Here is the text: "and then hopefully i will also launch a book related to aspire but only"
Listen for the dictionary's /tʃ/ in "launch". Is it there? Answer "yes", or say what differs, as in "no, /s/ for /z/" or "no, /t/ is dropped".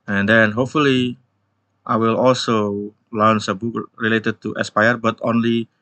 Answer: no, /s/ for /tʃ/